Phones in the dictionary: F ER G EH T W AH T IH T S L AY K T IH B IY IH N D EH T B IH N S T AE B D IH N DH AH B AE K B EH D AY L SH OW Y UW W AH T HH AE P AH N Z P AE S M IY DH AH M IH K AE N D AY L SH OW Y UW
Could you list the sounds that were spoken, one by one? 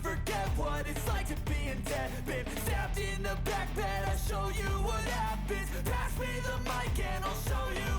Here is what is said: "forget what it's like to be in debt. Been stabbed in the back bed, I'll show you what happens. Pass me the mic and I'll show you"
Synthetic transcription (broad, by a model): F ER G EH T W AH T IH T S L AY K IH B IY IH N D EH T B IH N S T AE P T IH N DH AH B AE K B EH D AY SH OW Y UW W AH T HH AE B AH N P AE S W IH DH AH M IH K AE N AY L SH OW Y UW